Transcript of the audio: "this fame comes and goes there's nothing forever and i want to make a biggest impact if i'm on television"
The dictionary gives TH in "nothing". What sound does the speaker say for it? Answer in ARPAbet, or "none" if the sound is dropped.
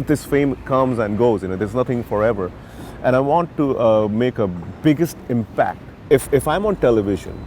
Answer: T